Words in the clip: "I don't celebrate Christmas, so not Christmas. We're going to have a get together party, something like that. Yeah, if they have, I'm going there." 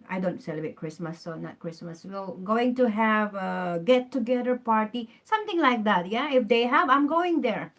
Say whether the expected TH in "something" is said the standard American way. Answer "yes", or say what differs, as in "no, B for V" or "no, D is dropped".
no, T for TH